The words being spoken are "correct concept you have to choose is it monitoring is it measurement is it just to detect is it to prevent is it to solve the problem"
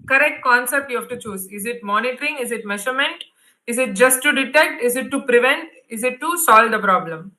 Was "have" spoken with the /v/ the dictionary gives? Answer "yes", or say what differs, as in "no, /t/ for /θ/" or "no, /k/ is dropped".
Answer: no, /f/ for /v/